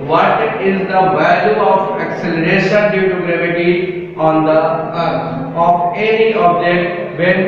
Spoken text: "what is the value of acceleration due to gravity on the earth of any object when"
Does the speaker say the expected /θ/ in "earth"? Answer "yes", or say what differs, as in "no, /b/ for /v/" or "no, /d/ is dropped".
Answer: no, /f/ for /θ/